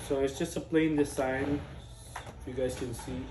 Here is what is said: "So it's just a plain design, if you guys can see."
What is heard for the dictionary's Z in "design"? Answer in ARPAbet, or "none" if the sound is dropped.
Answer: S